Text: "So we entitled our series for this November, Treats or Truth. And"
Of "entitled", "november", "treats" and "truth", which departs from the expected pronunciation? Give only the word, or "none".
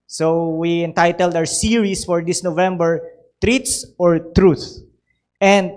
none